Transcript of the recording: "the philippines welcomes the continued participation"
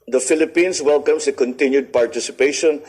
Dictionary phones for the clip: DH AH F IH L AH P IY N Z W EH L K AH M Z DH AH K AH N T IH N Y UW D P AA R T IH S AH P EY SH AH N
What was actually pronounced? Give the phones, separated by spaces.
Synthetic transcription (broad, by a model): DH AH F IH L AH P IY N S W EH L K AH M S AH K AH N T IH N Y UW D P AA R T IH S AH P EY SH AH N